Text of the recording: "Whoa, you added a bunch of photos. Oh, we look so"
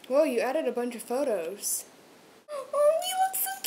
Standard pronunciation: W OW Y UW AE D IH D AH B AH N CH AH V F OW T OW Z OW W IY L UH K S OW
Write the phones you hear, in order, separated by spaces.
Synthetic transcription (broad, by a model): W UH Y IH AE D IH D AH B AH N CH AH V F OW T OW Z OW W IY W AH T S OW